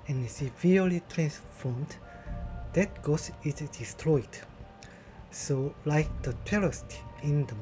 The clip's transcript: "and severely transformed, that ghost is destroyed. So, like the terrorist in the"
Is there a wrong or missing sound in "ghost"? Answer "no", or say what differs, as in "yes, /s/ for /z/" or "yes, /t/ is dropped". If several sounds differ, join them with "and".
yes, /t/ is dropped